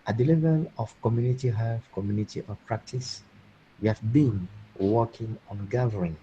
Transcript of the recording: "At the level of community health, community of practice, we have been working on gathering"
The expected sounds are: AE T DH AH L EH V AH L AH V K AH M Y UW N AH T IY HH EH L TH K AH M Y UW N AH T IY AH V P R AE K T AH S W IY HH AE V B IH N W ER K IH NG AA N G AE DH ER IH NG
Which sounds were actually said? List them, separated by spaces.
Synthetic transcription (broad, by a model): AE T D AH L EH V AH L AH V K AH M Y UW N AH T IY HH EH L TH K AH M Y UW N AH T IY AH P R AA K T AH S W IY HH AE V B IH N W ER K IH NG AA N G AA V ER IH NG